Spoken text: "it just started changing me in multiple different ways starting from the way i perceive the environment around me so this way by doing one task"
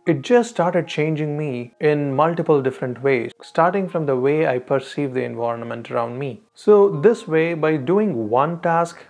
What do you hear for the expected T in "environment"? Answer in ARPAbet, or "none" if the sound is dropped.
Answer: T